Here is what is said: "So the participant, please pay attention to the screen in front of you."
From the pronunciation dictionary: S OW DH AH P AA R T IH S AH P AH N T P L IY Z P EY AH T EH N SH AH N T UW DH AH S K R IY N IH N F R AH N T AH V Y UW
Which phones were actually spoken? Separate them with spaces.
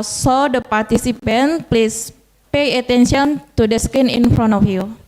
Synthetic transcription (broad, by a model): S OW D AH P AA R T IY S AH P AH N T P L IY S P EY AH T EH N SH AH N T UW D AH S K IY N IH N F R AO N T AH F Y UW